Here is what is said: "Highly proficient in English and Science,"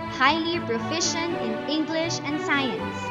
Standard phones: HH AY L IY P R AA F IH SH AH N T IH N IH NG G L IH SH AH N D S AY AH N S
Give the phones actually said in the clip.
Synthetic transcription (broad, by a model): HH AY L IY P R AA F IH SH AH N IH N IH NG G L IH SH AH N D S AY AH N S